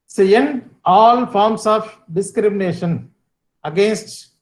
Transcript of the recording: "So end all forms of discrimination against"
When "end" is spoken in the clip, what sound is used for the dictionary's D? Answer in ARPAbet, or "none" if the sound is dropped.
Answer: none